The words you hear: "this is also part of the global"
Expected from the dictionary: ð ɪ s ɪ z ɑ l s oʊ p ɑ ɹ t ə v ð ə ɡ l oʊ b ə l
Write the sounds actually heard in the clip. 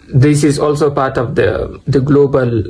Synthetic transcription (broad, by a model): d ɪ s ɪ z ɑ l s oʊ p ɑ ɹ t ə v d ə ɡ l oʊ b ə l